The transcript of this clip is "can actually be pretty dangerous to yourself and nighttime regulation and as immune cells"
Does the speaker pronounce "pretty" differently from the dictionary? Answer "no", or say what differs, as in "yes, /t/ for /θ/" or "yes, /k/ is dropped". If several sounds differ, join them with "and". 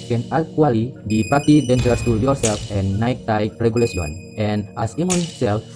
yes, /ɹ/ is dropped